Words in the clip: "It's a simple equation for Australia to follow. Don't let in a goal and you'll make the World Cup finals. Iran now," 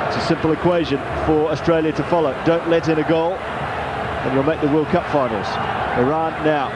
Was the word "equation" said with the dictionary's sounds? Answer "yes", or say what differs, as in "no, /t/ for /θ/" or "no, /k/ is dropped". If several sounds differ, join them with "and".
yes